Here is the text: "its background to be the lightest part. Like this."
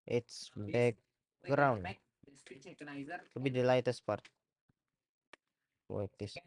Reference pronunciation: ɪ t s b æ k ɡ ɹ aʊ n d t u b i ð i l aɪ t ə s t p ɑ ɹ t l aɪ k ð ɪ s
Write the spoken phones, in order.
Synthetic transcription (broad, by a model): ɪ t s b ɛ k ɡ ɹ aʊ n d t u b i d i l aɪ t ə s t p ɑ ɹ t w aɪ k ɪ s